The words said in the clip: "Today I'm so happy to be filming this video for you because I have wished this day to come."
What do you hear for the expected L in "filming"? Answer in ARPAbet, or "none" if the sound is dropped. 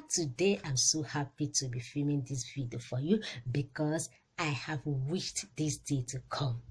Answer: none